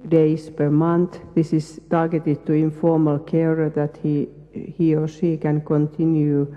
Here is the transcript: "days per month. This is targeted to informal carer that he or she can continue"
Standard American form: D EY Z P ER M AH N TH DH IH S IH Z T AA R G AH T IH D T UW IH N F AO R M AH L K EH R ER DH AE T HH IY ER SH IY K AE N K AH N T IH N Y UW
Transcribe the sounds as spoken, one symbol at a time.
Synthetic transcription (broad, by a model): D EY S P ER M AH N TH DH IH S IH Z T AA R G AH T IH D T UW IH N F AO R M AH L K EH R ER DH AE T HH IY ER S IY K AE N K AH N T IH N Y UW